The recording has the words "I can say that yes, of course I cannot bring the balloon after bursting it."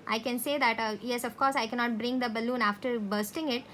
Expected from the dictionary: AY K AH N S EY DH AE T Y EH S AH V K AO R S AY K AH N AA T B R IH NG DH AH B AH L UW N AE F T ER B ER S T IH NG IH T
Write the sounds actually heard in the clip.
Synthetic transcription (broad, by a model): AY K AH N S EY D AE T Y EH S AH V K AO R S AY K AH N AA T B R IH NG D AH B AH L UW N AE F T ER B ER S T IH NG IH T